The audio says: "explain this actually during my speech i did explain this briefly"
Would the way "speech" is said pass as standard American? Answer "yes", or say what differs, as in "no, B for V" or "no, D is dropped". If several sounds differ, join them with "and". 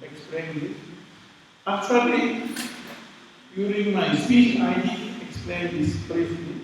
no, P is dropped